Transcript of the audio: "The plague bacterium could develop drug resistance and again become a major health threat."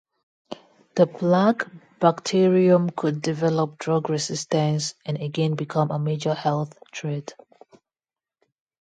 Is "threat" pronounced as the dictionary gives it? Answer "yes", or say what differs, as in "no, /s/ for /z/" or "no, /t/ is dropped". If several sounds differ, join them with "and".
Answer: no, /t/ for /θ/